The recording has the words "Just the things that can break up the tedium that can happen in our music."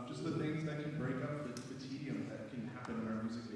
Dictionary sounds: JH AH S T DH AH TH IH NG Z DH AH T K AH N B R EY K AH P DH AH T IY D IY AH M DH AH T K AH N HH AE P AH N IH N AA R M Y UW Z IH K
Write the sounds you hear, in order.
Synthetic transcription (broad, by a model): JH AH S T DH AH TH IH NG Z DH AH T K AH N B R EY K AH P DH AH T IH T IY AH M DH AH T K AH N HH AE P AH N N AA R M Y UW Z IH